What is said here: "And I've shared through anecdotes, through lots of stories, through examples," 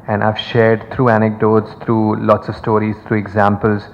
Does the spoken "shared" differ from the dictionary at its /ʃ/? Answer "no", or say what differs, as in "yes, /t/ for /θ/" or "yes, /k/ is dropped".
no